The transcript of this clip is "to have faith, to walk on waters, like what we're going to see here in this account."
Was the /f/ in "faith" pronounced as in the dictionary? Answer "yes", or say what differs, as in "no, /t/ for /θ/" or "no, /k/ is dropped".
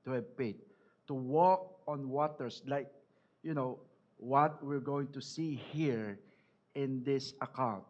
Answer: no, /p/ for /f/